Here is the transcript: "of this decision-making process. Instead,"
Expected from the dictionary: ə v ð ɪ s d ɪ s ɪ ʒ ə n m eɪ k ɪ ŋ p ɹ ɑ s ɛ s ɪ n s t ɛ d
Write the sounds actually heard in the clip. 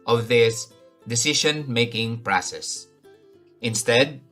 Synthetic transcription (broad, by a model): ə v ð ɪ s d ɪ s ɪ ʃ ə n m eɪ k ɪ ŋ p ɹ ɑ s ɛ s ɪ n s t ɛ d